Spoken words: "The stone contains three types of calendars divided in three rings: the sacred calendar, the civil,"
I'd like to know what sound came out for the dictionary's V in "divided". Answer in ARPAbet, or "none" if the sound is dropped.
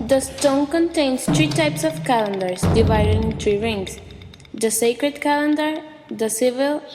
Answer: V